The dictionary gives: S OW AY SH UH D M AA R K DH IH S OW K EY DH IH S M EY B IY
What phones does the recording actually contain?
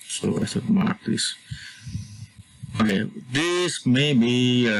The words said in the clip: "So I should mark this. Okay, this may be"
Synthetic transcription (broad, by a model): S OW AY S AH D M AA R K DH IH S OW K EY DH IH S M EY B IY